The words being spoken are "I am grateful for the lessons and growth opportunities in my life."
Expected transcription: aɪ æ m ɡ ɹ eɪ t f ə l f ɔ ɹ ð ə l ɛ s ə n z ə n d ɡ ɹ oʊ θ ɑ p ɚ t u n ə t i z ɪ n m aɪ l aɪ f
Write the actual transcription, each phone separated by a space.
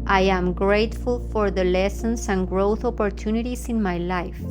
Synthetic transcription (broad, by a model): aɪ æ m ɡ ɹ eɪ t f ə l f ɔ ɹ ð ə l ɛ s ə n s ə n ɡ ɹ oʊ θ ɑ p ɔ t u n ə t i s ɪ n m aɪ l aɪ f